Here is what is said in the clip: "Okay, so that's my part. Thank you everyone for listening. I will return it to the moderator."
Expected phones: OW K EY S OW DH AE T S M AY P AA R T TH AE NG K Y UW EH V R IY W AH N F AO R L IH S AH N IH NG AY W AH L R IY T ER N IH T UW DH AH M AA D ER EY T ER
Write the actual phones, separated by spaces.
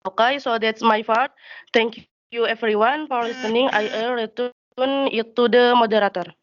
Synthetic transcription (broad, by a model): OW K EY S OW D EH T S M AY F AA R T T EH NG K Y UW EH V R IY W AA N F AO R L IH S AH N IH NG AY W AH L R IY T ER N IH T UW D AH M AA D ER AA T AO